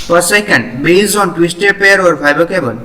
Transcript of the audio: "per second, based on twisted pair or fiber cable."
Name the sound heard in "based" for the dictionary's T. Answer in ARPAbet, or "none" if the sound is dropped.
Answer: none